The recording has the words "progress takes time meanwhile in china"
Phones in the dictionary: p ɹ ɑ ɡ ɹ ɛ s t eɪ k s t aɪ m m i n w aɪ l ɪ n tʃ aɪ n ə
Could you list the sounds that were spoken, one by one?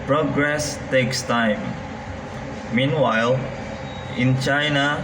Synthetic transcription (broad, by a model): p ɹ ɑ ɡ ɹ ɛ s t eɪ k s t aɪ m m i n w aɪ l ɪ n tʃ aɪ n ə